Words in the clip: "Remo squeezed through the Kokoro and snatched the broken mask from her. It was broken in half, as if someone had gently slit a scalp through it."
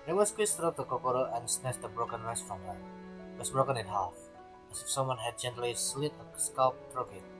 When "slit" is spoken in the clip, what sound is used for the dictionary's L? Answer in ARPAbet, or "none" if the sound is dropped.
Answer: L